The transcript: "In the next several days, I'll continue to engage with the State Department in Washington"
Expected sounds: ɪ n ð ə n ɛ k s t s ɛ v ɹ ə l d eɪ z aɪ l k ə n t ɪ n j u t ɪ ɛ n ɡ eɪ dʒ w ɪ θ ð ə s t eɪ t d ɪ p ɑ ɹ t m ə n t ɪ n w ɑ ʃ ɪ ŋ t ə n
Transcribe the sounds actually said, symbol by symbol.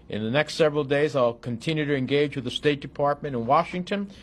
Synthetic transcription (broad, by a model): ɪ n ð ə n ɛ k s t s ɛ v ɹ l d eɪ z aɪ l k ə n t ɪ n j u t ɪ ɛ n ɡ eɪ dʒ w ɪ ð ə s t eɪ t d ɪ p ɑ ɹ t m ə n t ɪ n w ɑ ʃ ɪ ŋ t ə n